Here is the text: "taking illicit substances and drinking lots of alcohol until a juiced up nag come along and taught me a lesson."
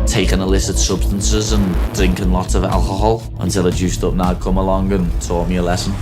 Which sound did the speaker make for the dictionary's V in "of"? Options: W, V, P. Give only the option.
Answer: V